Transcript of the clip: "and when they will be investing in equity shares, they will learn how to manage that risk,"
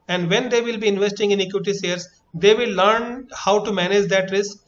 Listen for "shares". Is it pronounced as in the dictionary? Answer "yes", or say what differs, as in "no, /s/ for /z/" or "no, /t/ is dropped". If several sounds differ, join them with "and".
no, /s/ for /ʃ/